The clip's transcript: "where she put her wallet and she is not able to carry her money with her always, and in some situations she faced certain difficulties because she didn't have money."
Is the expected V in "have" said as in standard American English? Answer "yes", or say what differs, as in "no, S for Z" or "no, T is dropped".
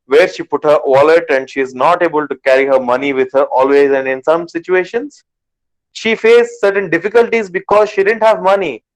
yes